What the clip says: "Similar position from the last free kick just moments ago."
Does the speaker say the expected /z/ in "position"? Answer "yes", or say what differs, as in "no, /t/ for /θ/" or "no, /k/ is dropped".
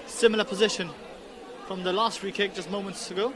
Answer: yes